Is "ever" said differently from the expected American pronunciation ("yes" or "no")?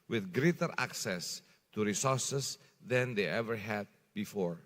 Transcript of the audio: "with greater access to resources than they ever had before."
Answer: no